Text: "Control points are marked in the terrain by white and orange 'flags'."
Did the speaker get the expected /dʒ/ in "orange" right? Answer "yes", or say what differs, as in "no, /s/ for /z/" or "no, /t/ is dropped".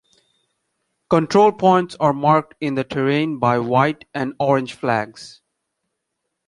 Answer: yes